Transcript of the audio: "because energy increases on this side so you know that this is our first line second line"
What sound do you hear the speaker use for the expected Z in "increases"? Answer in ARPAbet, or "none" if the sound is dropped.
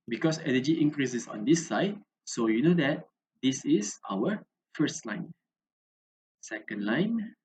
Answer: S